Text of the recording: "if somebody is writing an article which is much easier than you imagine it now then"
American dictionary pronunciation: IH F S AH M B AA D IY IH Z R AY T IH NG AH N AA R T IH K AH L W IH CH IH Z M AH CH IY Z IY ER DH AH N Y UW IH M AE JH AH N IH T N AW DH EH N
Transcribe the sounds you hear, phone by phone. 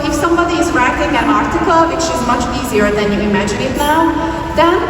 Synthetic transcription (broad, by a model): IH F S AH M B AA D IY IH Z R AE T IH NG AH N AA R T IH K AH L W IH S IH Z M AH CH IY Z IY ER DH AH N Y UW IH M AE JH AH N IH T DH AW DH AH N